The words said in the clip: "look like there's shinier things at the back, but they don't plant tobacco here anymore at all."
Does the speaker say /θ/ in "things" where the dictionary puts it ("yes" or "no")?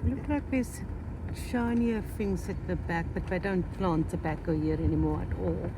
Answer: no